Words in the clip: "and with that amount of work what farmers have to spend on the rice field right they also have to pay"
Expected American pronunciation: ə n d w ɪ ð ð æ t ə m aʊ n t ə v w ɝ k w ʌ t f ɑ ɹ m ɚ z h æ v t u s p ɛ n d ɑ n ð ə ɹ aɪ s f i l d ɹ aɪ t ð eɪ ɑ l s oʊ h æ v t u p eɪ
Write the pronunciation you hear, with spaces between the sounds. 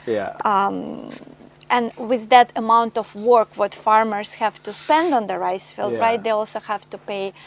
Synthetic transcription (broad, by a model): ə n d w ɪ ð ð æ t ə m aʊ n t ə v w ɝ k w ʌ t f ɑ ɹ m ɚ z h æ v t u s p ɛ n d ɑ n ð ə ɹ aɪ s f i l d ɹ aɪ t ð eɪ ɑ l s oʊ h æ v t u p eɪ